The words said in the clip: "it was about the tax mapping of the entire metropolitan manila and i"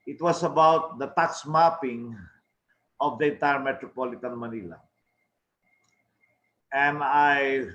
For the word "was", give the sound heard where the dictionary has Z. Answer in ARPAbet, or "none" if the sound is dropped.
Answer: S